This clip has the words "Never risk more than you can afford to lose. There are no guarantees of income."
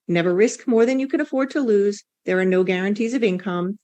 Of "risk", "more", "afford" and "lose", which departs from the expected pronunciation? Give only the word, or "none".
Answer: none